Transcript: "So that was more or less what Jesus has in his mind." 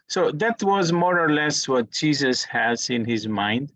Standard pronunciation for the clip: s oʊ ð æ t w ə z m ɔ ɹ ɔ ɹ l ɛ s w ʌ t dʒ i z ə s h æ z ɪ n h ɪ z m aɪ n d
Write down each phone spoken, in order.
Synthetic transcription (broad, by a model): s oʊ ð æ t w ə z m ɔ ɹ ɔ ɹ l ɛ s w ʌ t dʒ i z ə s h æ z ɪ n h ɪ z m aɪ n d